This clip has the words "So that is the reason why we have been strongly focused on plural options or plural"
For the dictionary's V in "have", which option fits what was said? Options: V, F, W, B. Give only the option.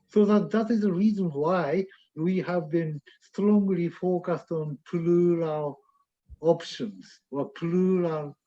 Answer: V